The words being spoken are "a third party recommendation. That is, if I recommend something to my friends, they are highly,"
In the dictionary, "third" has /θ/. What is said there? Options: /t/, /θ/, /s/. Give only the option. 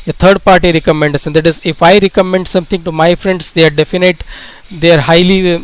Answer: /t/